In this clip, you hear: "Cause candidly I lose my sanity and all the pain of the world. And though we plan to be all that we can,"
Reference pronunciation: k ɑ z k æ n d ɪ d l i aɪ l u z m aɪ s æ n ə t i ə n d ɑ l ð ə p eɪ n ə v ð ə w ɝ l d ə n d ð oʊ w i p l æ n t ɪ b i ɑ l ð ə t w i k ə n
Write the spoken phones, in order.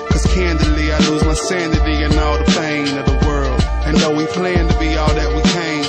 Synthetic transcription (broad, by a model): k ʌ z k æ n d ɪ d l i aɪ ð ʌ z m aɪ s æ n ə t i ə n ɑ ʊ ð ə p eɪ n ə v ð ə w ɝ l d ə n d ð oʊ w i p l æ n t ɪ b i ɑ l ð ə t w i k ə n